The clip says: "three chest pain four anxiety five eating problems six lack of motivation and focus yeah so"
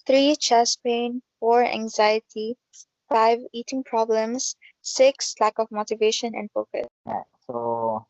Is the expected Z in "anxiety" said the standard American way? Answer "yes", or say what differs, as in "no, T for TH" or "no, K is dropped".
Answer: yes